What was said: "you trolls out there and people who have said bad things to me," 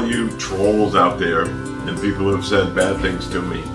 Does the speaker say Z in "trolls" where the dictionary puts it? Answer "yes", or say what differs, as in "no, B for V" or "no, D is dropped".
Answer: yes